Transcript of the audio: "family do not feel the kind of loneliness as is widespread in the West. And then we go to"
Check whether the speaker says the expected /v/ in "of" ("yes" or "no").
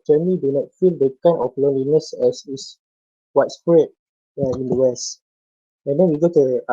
no